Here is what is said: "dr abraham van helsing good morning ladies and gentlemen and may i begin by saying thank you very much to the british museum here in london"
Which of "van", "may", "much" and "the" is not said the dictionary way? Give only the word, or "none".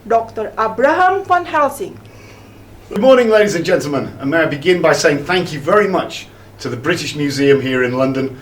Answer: van